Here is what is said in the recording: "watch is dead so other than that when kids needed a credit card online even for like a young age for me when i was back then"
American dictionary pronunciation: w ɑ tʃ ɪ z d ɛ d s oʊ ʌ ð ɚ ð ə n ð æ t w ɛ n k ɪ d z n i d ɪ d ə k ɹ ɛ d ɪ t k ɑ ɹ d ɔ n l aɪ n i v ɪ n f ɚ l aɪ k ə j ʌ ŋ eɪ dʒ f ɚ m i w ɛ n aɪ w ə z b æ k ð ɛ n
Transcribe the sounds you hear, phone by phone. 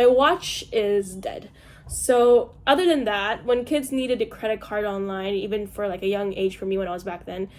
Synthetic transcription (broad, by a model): w ɑ tʃ ɪ z d ɛ d s oʊ ʌ ð ɚ ð ə n ð æ t w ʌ n k ɪ d z n i d ɪ d ə k ɹ ɛ d ɪ t k ɑ ɹ d ɔ n l aɪ n i v ɪ n f ɚ l aɪ k ə j ʌ ŋ eɪ dʒ f ɚ m i w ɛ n aɪ w ə z b æ k ð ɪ n